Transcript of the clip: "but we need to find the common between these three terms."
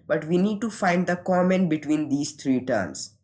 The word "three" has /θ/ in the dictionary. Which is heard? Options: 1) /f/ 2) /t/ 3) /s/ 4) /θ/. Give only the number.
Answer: 2